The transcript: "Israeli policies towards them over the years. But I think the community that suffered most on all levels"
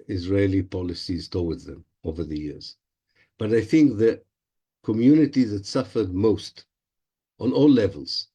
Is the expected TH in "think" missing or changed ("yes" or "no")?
no